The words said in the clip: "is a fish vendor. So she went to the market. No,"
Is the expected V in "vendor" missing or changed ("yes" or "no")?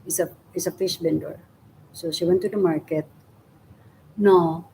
yes